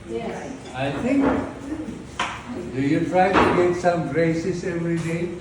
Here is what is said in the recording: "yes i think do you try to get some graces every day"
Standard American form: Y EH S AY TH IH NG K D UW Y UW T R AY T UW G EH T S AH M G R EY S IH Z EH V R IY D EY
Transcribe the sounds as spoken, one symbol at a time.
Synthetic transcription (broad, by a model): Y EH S AY T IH NG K D UW Y UW T R AY T UW G EH T S AH M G R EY S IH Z EH V R IY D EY